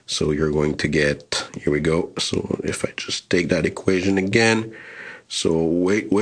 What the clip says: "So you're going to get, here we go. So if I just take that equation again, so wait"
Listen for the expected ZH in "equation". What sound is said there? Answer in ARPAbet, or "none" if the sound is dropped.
ZH